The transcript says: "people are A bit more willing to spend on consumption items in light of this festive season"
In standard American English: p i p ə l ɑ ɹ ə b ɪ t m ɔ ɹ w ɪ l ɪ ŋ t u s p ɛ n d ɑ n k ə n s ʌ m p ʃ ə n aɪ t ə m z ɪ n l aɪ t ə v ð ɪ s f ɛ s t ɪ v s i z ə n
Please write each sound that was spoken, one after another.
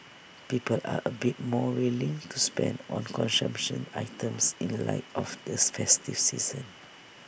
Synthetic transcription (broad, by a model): p i p ə l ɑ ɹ ə b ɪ t m ɔ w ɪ l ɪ ŋ t u s p ɛ n d ɑ n k ə n s ʌ m p ʃ ə n aɪ t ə m s ɪ n l aɪ t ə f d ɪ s f ɛ s t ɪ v s i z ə n